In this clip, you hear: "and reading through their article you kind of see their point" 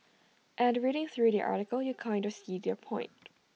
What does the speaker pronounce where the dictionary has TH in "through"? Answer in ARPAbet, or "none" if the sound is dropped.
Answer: TH